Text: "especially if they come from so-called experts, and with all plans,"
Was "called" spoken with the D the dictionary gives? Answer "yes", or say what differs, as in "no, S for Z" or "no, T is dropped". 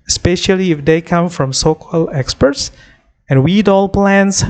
no, D is dropped